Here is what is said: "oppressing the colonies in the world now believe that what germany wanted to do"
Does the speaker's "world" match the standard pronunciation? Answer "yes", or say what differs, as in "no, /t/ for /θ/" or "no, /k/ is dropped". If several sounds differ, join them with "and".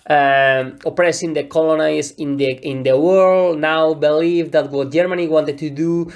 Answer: yes